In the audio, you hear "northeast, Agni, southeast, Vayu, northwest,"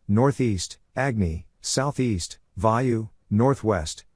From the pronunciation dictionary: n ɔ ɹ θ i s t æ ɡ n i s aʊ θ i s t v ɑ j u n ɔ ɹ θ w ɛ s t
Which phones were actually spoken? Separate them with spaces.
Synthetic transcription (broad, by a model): n ɔ ɹ θ i s t æ ɡ n i s aʊ θ i s t v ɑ j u n ɔ ɹ θ w ɛ s t